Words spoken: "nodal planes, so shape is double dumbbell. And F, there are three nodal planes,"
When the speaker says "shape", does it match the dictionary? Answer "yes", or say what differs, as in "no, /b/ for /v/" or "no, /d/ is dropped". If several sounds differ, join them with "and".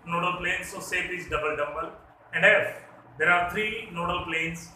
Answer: no, /s/ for /ʃ/